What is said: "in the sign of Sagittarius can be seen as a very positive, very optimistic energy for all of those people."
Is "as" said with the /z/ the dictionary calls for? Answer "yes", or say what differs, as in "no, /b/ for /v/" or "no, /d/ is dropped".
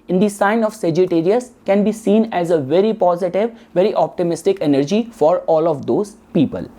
yes